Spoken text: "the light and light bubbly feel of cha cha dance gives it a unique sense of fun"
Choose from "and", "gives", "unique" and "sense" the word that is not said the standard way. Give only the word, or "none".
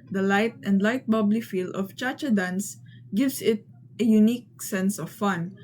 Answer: gives